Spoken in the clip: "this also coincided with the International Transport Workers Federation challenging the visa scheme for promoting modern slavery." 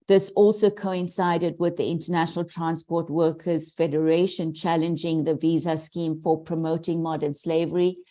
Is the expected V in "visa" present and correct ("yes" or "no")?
yes